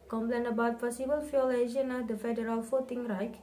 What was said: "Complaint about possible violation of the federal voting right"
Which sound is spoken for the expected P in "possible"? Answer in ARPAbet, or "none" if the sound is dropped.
F